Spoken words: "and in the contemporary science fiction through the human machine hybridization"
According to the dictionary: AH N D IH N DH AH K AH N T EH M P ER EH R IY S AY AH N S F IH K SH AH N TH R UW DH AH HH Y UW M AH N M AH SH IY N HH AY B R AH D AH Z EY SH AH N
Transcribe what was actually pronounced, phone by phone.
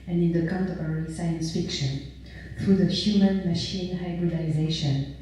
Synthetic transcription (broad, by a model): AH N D IH N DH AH K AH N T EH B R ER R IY S AY AH N S F IH K SH AH N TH R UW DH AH HH Y UW M AH N M AH SH IY N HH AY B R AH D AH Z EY SH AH N